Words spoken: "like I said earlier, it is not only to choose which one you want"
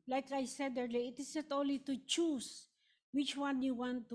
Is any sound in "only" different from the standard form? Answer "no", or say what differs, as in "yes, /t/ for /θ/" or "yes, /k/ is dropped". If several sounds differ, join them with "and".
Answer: yes, /n/ is dropped